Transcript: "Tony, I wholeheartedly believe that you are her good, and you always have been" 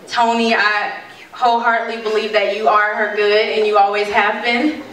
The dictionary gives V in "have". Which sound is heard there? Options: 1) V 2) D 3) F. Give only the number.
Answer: 1